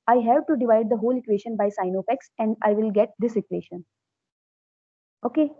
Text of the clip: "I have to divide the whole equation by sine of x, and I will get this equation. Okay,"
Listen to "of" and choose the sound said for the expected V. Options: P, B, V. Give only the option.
P